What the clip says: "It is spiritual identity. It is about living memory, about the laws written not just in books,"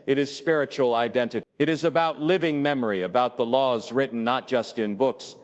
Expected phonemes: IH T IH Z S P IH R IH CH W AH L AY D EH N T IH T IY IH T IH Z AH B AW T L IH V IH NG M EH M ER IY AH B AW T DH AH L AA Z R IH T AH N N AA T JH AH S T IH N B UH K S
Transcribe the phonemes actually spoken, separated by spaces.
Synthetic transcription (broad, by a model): IH T IH Z S P IH R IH CH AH L AY D EH N T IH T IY IH T IH Z AH B AW T L IH V IH NG M EH M ER IY AH B AW T DH AH L AA Z R IH T N N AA T JH AH S T IH N B UH K S